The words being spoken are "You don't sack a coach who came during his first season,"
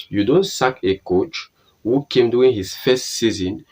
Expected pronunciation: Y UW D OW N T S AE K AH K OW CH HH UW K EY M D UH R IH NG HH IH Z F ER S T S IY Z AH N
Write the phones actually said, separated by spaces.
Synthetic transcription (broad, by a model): Y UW D OW N T S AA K AH K OW CH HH UW K EY M D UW IH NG HH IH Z F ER S T S IY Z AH N